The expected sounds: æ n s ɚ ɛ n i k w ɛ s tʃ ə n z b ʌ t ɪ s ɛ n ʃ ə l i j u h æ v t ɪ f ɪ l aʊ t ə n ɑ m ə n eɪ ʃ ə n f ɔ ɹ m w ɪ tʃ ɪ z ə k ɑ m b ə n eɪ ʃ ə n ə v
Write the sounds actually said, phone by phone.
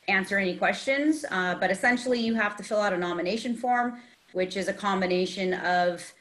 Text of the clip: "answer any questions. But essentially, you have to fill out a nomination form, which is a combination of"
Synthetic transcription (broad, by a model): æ n s ɚ ɛ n i k w ɛ s tʃ ə n z b ʌ t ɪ s ɛ n ʃ l i j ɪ h æ f t ɪ f ɪ l aʊ t ə n ɑ m ə n eɪ ʃ ə n f ɔ ɹ m w ɪ tʃ ɪ z ə k ɑ m b ə n eɪ ʃ ə n ə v